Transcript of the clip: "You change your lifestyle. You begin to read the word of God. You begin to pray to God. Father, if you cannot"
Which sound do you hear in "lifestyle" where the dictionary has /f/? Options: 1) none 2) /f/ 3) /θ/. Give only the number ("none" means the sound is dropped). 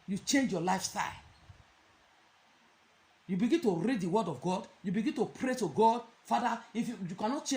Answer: 2